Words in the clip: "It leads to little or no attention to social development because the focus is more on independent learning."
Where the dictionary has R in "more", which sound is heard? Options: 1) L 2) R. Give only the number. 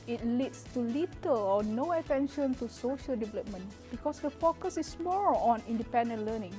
1